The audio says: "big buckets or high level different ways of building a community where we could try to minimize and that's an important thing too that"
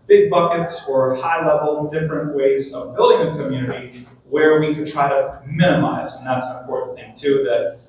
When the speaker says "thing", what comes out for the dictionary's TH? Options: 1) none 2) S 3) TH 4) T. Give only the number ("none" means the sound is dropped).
3